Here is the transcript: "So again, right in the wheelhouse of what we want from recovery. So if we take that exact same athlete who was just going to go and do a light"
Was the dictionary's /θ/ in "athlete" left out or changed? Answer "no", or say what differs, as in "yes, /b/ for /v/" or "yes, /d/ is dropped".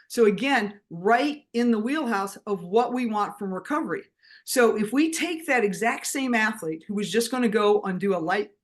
no